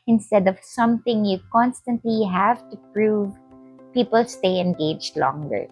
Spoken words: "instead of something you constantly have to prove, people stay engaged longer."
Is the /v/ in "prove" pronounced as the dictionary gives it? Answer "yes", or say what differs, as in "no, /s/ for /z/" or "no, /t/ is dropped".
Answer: yes